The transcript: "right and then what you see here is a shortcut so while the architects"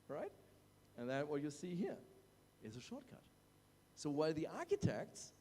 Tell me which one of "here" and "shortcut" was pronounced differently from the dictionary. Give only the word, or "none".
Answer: none